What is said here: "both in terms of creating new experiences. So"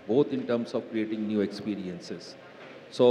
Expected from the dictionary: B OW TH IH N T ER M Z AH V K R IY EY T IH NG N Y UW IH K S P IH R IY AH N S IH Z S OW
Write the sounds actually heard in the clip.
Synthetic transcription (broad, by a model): B OW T IH N T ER M S AH V K R IY EY T IH NG N Y UW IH K S P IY R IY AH N S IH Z S OW